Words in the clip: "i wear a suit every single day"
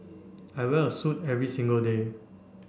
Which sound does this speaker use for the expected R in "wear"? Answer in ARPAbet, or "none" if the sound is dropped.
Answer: L